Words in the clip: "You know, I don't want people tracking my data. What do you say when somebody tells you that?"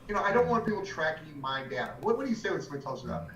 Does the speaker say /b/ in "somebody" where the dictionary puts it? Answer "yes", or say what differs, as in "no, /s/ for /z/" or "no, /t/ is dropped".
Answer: no, /b/ is dropped